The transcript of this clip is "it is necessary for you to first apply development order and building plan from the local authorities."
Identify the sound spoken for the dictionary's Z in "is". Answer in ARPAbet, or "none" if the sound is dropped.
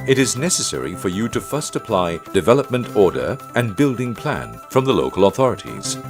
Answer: Z